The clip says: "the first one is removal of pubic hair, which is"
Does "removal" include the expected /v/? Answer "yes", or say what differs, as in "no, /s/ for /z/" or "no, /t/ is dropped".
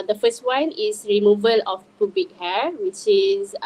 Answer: yes